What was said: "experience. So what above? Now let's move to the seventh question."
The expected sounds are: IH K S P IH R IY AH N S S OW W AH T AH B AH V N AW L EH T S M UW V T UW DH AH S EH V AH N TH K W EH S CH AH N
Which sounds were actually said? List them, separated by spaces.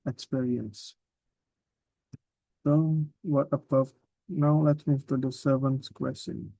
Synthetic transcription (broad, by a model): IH K S P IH R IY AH N S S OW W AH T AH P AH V N AW L EH T S M UW V T UW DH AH S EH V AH N S K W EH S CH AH N